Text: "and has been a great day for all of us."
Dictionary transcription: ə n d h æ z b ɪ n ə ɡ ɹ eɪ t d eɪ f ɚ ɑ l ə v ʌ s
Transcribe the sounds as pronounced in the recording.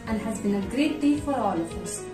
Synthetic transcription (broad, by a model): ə n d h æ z b ɪ n ə ɡ ɹ eɪ t d eɪ f ɚ ɑ l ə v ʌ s